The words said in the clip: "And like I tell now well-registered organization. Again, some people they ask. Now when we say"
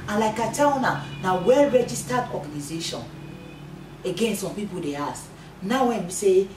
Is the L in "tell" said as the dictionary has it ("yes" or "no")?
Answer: no